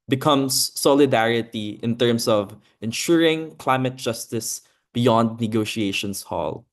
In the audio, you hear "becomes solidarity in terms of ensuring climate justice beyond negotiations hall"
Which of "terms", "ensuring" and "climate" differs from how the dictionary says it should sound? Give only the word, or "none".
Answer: terms